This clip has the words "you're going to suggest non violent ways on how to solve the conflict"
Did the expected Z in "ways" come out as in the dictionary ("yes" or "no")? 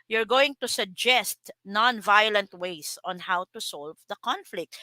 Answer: no